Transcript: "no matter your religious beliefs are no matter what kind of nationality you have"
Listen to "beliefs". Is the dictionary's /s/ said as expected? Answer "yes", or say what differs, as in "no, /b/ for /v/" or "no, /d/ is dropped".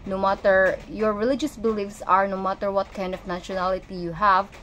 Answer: yes